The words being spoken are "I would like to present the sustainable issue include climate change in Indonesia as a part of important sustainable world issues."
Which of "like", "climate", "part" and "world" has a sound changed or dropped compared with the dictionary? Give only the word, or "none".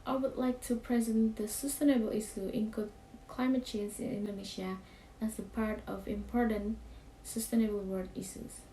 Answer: world